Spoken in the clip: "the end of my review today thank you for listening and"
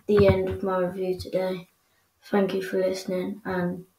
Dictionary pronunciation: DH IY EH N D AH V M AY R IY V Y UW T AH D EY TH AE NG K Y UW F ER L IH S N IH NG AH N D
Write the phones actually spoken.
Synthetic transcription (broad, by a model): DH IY EH N D AH V M AY R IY V Y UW T AH D EY TH AE NG K Y UW F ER L IH S N IH NG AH N